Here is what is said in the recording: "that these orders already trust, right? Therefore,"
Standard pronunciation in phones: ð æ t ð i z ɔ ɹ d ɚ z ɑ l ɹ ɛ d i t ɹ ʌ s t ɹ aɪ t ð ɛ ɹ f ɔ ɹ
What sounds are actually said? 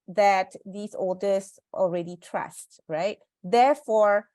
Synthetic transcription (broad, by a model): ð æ t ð i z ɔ l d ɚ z ɑ l ɹ ɛ d i t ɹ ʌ s t ɹ aɪ t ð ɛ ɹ f ɔ ɹ